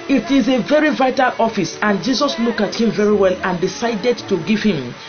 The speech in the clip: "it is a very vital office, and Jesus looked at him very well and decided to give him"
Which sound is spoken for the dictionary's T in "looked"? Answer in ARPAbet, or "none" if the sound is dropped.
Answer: none